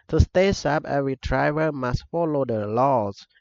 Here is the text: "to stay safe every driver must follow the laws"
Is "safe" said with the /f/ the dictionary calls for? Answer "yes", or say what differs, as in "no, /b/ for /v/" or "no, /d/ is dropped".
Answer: no, /p/ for /f/